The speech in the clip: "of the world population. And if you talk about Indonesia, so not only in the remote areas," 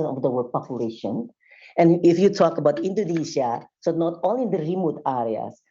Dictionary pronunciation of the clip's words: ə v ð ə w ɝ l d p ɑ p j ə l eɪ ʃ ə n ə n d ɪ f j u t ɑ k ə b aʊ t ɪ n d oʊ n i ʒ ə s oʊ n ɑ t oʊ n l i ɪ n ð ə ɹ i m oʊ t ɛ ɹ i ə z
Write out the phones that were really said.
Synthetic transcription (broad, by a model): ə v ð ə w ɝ d p ɑ p j ə l eɪ ʃ ə n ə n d ɪ f j u t ɑ k ə b aʊ t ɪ n d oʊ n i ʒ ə s oʊ n ɑ t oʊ l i ɪ n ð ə ɹ i m oʊ t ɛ ɹ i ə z